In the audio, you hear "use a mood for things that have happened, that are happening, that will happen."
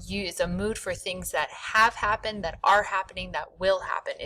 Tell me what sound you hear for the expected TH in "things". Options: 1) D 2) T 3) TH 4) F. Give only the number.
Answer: 3